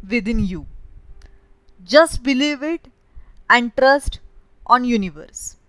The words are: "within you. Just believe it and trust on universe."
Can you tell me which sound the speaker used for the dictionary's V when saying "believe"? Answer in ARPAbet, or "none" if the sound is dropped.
V